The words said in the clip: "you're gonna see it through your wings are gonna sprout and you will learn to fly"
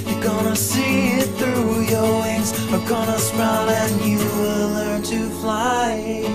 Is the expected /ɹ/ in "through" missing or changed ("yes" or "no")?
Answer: no